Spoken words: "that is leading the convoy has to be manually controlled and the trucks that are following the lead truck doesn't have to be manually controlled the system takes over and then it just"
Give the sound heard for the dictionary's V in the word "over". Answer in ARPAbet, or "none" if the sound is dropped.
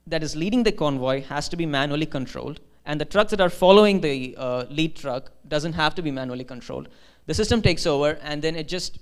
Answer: V